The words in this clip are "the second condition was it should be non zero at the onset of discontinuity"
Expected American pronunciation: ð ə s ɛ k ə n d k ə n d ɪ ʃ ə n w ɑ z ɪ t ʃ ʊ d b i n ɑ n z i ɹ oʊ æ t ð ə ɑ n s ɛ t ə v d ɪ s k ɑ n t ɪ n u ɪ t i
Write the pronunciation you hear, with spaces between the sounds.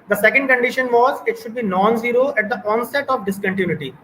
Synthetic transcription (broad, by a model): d ə s ɛ k ə n d k ə n d ɪ ʃ ə n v ɑ z ɪ t ʃ ʊ d b i n ɑ n z i ɹ oʊ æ t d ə ɑ n s ɛ t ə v d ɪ s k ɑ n t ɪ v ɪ t i